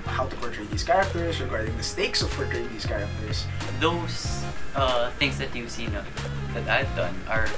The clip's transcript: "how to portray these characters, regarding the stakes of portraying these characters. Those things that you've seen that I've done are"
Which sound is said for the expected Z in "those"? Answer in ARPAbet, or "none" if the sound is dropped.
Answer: S